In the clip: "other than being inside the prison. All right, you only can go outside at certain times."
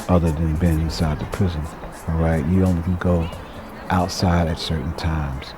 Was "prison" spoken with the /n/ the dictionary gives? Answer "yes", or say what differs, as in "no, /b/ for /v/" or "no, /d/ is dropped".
yes